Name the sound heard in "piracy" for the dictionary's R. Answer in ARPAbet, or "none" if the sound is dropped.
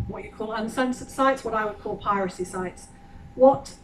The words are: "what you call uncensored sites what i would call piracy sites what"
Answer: R